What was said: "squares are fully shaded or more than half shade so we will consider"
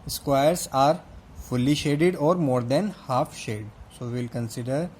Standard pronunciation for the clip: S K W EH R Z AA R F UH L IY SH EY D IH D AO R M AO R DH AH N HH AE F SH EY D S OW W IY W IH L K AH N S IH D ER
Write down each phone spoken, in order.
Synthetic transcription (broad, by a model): S K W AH R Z AA R F UH L IY SH EY D IH D AO R M AO R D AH N HH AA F SH EY D S OW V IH L K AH N S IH D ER